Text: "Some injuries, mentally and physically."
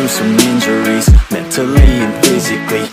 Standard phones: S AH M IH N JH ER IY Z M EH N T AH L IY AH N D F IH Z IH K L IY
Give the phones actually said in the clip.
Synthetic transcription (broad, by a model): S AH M IH N JH ER IY Z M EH T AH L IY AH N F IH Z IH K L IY